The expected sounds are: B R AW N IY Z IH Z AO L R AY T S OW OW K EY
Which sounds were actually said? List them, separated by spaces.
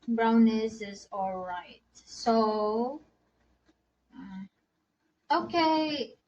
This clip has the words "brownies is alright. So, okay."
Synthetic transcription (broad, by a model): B R AW N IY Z IH Z AO L R AY T S OW OW K EY